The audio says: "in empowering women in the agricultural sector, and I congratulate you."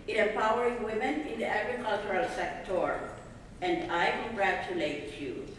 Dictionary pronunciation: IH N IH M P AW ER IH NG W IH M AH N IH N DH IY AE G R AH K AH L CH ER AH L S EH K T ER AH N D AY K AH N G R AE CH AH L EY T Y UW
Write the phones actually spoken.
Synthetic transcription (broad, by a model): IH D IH P AW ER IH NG W IH M AH N IH N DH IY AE G R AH K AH L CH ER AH L S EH K T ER AH N D AY K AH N G R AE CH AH L EY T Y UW